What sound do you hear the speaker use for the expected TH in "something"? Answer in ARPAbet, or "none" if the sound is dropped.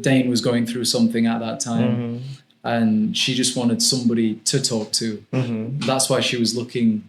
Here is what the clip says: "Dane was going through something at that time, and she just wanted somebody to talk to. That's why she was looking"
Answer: TH